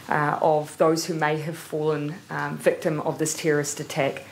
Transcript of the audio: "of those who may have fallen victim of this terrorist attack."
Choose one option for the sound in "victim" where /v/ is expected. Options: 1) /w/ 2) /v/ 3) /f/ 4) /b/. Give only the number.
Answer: 2